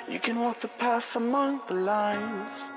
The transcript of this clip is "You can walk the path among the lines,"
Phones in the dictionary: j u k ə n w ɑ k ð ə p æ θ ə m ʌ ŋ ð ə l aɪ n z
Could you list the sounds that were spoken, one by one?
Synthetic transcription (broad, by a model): j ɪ k ə n w ɑ k ð ə p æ s ə m ʌ ŋ ð ə l aɪ n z